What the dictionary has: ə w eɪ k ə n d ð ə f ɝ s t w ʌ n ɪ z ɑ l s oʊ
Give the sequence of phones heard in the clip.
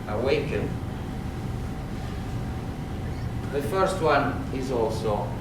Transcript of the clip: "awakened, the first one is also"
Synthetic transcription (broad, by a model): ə w eɪ k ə n ð ə f ɝ s t w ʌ n ɪ z ɑ l s oʊ